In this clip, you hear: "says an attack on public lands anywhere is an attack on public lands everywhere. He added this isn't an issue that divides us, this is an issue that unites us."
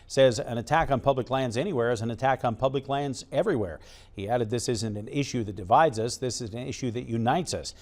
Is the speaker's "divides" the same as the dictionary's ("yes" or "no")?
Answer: yes